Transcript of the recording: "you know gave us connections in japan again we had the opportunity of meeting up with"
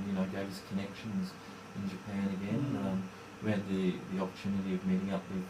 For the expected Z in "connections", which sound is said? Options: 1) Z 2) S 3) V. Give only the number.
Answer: 1